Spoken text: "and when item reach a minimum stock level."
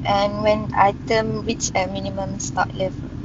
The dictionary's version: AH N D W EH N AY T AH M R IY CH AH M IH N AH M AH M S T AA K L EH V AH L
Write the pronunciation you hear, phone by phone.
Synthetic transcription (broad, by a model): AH N W EH N AY T AH M W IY CH AH M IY N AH M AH M S T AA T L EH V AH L